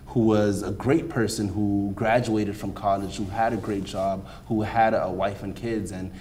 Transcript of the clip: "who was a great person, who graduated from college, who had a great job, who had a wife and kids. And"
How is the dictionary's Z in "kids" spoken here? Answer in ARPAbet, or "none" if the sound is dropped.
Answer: Z